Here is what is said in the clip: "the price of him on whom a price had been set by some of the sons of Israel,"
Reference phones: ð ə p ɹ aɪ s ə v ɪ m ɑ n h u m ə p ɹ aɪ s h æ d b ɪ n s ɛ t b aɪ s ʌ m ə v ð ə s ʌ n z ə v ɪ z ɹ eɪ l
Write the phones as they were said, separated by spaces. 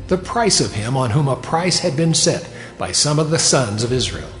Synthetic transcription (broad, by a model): ð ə p ɹ aɪ s ə v ɪ m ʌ n h u m ə p ɹ aɪ s h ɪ d b ɪ n s ɛ t b aɪ s ʌ m ə v ð ə s ʌ n z ə v ɪ z ɹ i l